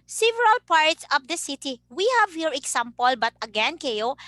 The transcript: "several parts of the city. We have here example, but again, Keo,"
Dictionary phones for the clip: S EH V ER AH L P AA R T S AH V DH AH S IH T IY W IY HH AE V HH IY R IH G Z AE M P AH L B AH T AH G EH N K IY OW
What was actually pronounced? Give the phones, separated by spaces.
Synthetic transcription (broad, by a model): S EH V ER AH L P AA R T S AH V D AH S IH T IY W IY HH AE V HH IY R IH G S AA M P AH L B AH T AH G EH N K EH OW